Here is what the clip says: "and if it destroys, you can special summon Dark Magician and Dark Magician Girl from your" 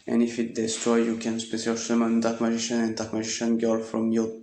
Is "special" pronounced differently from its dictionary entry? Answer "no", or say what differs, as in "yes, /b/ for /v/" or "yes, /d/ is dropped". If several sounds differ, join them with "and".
yes, /s/ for /ʃ/